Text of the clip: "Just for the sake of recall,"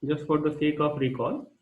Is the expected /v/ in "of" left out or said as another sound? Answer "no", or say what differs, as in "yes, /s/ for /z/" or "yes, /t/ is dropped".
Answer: yes, /p/ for /v/